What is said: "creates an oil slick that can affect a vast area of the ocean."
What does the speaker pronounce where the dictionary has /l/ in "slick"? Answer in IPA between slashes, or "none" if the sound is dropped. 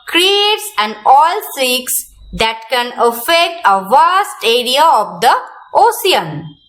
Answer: none